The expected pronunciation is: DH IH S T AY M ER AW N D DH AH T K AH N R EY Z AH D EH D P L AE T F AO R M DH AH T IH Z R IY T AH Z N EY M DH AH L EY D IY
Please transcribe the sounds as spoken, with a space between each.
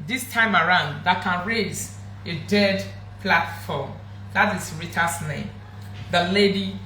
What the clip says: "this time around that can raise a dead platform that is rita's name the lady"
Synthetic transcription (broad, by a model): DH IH S T AY M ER AW N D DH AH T K AH N R EY Z AH D EH D P L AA T F AO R M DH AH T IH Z R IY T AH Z N EY M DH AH L EY D IY